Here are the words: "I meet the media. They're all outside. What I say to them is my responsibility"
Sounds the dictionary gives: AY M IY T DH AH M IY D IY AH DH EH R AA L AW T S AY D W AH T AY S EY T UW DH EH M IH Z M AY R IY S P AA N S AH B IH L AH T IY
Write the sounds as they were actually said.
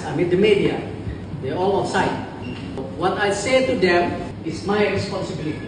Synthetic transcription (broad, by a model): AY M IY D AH M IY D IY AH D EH AA L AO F S AY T W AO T AY S EY T UW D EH M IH S M AY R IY S P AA N S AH B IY L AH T IY